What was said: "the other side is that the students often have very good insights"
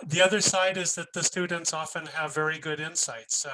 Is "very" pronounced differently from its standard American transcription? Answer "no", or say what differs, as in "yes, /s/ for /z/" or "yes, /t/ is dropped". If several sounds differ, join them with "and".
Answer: no